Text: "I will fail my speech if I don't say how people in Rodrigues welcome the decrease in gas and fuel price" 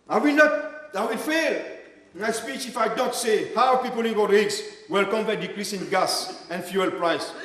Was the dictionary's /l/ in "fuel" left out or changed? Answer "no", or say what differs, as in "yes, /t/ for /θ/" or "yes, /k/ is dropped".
no